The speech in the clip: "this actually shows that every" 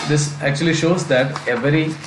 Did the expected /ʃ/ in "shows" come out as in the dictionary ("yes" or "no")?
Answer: yes